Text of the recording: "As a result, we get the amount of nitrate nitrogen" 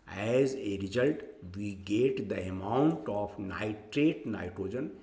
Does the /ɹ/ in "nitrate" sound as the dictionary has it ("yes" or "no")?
yes